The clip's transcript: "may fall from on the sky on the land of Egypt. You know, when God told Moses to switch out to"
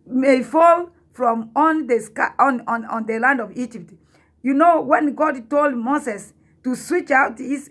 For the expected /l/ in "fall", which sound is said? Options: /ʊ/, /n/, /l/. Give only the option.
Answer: /l/